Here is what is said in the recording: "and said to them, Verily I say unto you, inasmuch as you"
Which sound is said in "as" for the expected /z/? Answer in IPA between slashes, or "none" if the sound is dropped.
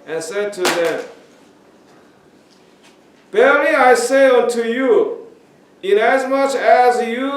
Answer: /z/